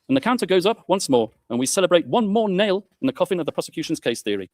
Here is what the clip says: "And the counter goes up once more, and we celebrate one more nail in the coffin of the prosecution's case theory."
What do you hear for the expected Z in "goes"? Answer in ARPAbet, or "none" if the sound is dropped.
Z